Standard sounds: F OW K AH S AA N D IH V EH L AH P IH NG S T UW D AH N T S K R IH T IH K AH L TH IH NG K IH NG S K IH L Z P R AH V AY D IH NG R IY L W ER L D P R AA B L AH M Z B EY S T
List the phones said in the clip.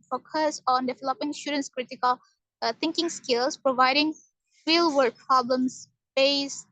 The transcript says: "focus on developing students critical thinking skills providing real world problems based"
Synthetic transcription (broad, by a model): F OW K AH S AA N D IH V EH L AH P IH NG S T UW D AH N S K R IH T IH K AH L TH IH NG K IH NG S K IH L S P R AH V AY D IH NG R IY L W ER D P R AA B L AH M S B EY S